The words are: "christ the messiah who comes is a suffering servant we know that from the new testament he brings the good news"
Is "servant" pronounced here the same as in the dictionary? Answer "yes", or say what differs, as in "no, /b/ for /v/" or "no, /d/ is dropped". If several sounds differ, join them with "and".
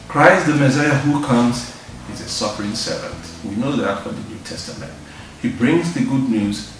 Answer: yes